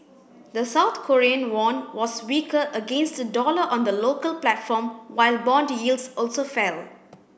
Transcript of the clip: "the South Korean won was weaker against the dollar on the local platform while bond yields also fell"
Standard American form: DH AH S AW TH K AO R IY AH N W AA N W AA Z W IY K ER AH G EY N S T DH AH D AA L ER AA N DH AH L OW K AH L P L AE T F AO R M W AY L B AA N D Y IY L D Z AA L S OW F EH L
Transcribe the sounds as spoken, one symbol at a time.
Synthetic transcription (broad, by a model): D AH S AW T K AO R IY AH N W AA N W AA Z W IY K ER AH G EY N S T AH D AA L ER AA N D AH L OW K AH L P L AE T F AO M W AY L B AA N D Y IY L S AA L S OW F EH L